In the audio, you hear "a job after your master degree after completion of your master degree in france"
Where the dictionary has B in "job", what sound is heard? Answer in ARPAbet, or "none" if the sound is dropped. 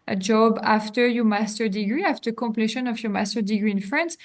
B